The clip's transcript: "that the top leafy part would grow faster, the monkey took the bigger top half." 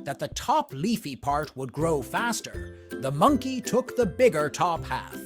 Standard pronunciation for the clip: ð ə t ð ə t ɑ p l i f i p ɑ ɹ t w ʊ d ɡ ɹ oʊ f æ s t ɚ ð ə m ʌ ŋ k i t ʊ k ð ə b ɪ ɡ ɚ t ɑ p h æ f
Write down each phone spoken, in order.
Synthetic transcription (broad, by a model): ð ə t ð ə t ɑ p l i f i p ɑ ɹ t w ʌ d ɡ ɹ oʊ f æ s t ɚ ð ə m ʌ ŋ k i t ʊ k ð ə b ɪ ɡ ɚ t ɑ p h æ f